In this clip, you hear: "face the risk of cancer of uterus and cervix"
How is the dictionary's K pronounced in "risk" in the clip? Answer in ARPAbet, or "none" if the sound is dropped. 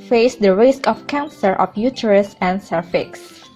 K